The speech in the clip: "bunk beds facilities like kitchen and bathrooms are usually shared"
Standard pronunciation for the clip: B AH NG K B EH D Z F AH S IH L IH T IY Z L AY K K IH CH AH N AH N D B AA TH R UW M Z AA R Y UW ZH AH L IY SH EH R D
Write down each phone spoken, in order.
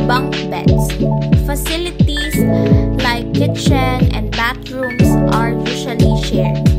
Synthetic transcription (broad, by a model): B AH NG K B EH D S F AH S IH L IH T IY S L AY K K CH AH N AH N D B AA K R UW M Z AA R Y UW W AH L IY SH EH R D